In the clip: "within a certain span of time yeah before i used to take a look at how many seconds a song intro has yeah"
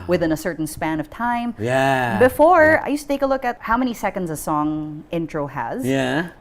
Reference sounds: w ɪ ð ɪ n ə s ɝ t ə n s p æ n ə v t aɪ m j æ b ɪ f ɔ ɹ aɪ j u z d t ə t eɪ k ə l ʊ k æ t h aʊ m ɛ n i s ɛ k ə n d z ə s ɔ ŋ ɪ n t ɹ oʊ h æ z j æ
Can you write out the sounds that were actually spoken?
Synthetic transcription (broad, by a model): w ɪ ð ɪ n ə s ɝ t n s p æ n ə v t aɪ m j æ b ɪ f ɔ ɹ aɪ j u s t ə t eɪ k ə l ʊ k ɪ t h aʊ m ɛ n i s ɛ k ə n d z ə s ɔ ŋ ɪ n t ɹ oʊ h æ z j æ